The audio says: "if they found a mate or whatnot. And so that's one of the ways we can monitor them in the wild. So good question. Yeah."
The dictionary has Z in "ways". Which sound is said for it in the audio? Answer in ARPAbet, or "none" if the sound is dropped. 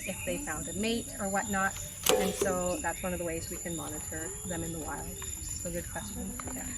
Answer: Z